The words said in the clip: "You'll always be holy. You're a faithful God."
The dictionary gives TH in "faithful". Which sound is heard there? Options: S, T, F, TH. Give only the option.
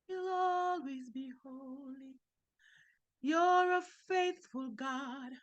TH